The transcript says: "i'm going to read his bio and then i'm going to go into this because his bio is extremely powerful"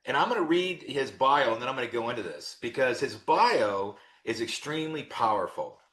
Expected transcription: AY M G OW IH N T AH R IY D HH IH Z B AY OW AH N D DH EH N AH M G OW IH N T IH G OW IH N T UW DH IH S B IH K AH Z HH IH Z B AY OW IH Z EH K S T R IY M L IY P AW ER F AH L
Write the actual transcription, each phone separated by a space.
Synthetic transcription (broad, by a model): AY M G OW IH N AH R IY D HH IH Z B AY OW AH N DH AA AH M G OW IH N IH G OW IH N T UW DH IH S B IH K AH Z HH IH Z B AY OW IH Z EH K S T R IY M L IY P AW ER F L